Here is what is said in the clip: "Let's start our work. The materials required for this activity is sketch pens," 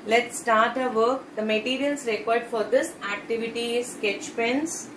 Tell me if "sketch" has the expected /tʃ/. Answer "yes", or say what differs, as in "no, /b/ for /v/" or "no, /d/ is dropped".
yes